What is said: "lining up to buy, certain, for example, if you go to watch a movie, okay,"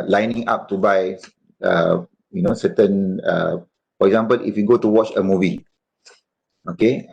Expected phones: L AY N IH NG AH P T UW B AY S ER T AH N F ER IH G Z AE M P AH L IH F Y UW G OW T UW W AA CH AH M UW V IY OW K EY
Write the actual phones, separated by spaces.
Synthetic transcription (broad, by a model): L AY N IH NG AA P T UW B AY S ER T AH N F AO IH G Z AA M P AH L IH F Y UW G OW T UW W AA CH AH M UW V IY OW K EY